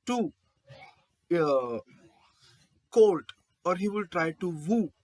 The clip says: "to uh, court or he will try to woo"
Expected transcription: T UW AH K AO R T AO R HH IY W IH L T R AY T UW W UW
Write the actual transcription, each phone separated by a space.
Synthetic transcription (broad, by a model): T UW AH K AO L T AO R HH IY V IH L T R AY T UW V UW